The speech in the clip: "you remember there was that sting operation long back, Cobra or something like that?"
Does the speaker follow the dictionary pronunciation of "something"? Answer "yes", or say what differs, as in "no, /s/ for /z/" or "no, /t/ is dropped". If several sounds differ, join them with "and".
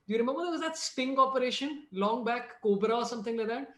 no, /t/ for /θ/